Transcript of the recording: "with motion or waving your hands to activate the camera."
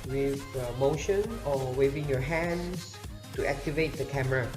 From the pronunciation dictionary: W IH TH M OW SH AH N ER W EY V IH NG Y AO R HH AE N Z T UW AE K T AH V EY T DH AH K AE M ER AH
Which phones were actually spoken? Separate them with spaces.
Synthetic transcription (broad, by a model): W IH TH M OW SH AH N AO W EY V IH NG Y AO HH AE N S T UW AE K T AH V EY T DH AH K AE M ER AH